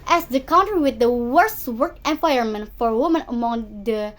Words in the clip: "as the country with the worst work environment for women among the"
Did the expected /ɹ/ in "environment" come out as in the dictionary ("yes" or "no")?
no